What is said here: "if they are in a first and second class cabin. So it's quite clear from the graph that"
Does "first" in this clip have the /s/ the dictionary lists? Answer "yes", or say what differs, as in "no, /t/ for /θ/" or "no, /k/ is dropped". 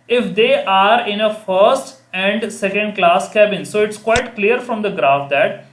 yes